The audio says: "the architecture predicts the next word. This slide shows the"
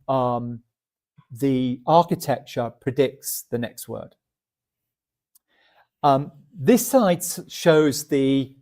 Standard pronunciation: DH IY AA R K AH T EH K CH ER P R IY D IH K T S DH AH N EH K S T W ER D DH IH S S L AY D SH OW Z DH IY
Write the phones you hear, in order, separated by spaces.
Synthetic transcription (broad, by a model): DH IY AA K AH T EH K CH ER P R IY D IH K T S DH AH N EH K S T W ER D DH IH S S AY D SH OW Z DH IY